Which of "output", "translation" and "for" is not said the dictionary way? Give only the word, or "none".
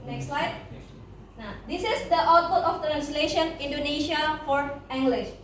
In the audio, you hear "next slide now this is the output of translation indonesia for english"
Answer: output